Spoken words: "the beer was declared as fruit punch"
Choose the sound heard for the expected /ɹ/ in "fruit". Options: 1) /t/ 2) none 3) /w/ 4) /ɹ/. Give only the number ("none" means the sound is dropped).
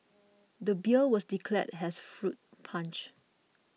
4